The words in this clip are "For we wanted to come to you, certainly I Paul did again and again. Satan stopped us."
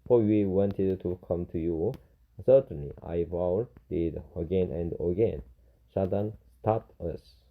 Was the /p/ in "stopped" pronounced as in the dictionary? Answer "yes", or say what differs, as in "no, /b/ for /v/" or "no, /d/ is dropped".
no, /p/ is dropped